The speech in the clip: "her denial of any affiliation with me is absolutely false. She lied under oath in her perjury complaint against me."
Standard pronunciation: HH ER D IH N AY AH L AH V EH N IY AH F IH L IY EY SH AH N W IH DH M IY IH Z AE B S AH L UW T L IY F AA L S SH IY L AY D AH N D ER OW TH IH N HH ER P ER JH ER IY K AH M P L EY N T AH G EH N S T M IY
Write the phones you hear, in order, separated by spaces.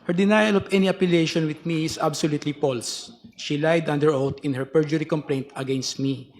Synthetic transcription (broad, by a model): HH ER D IH N AY AH L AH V EH N IY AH P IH L EY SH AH N W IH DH M IY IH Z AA B S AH L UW T L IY P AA L S SH IY L AY D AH N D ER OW T IH N HH ER P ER JH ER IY K AH M P L EY N T AH G EH N S T M IY